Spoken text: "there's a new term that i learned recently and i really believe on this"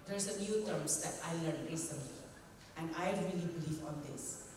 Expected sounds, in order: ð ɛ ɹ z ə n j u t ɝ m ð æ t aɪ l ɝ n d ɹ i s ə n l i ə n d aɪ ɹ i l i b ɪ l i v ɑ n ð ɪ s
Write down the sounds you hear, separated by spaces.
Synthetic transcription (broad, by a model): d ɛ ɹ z ə n j u t ɝ m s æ t aɪ l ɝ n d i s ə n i ə n d aɪ ɹ i l i b ɪ l i v ɑ n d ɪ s